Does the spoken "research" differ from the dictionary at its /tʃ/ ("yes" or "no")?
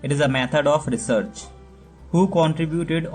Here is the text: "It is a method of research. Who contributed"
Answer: no